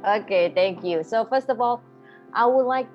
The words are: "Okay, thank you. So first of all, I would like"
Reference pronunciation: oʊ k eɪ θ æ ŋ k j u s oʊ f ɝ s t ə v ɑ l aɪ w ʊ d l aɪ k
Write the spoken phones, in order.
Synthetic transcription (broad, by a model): oʊ k eɪ θ æ ŋ k j u s oʊ f ɝ s t ə v ɑ l aɪ w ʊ d l aɪ k